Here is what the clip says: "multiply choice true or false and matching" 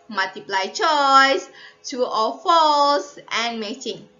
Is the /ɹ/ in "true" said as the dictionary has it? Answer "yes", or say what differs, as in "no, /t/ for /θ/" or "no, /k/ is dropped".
no, /ɹ/ is dropped